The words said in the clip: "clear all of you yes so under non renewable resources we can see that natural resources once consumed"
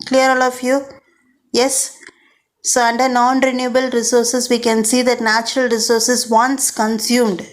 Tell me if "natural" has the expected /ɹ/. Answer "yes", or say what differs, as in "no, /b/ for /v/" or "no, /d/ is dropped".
yes